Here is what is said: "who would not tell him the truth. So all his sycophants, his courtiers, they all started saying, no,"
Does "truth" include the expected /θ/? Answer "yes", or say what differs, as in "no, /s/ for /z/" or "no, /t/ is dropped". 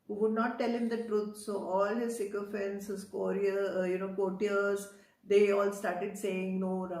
no, /t/ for /θ/